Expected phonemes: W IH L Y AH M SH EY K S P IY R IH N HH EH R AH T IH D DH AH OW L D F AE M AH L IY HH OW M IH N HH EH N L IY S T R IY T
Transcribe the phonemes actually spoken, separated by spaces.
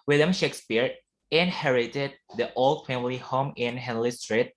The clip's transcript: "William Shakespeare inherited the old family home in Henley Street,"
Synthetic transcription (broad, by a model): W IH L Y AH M SH EY K S P IY R IH N HH EH R AH T IH D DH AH OW L D F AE M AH L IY HH OW M IH N HH EH N L IY S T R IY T